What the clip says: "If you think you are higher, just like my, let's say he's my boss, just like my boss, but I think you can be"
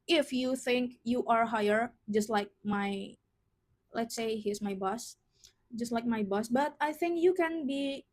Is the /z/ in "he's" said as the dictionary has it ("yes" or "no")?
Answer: no